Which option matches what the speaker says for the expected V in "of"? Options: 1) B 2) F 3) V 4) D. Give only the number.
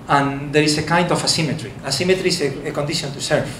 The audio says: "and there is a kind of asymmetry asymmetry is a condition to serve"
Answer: 2